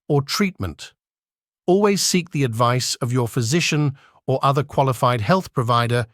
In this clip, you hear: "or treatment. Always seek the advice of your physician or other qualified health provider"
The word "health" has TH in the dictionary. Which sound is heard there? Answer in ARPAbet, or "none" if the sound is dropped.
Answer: TH